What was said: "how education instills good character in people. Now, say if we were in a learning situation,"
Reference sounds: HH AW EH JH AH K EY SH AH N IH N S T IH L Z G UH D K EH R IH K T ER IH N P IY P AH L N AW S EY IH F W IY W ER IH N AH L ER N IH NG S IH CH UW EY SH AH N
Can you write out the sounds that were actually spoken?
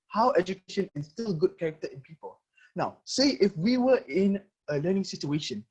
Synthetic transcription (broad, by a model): HH AW EH JH AH K EY SH AH N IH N S T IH L G UH D K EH R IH K T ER IH N P IY P AH L N AW S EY IH F W IY W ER IH N AH L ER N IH NG S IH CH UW EY SH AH N